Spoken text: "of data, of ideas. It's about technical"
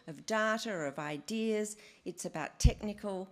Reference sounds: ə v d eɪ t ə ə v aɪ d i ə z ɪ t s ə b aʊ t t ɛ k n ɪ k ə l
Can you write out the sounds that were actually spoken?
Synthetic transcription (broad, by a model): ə v d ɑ t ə ə v aɪ d i ə z ɪ t s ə b aʊ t t ɛ k n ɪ k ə l